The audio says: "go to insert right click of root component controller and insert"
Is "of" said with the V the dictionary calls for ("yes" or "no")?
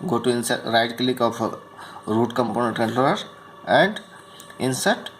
no